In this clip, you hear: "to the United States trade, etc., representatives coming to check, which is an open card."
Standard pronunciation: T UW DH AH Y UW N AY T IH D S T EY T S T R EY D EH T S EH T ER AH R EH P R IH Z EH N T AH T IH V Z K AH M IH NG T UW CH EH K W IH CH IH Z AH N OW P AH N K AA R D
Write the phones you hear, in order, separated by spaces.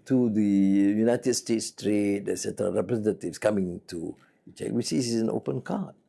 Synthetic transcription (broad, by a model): T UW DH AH Y UW N AY T IH D S T EY T S T R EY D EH S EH T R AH R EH P R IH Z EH N T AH T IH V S K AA M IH NG T UW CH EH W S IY S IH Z AH N OW P AH N K AA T